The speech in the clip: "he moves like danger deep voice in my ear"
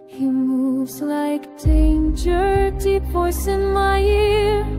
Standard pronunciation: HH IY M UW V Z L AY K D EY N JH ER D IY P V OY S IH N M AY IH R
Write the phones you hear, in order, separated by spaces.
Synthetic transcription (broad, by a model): HH IY M UW V Z L AY K D EY N JH ER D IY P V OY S IH N M AY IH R